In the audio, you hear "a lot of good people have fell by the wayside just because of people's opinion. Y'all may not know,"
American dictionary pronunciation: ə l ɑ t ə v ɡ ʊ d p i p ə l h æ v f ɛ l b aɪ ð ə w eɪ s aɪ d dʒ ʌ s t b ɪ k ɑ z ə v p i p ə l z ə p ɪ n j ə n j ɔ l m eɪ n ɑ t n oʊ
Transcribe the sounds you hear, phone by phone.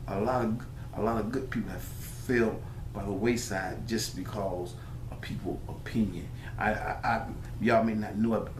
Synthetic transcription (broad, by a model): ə l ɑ t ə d ɡ ʊ d p i p l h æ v f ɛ l b aɪ ð ə w eɪ s aɪ d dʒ ʌ s b ɪ k ɑ z ə v p i p l ə p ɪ n j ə n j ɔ m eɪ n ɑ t n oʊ